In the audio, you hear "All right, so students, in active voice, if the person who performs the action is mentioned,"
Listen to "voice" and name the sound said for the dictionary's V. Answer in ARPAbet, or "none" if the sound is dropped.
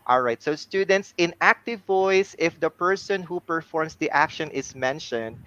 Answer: V